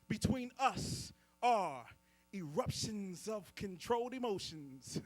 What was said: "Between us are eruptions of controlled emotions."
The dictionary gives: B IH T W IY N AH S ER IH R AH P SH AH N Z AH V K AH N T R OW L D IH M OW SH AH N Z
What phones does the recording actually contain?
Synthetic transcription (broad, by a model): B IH T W IY N AH S ER IH R AH P SH AH N Z AH V K AH N T R OW L D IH M OW SH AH N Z